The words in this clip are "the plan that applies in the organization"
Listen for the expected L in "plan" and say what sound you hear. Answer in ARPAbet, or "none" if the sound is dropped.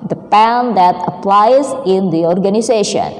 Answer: none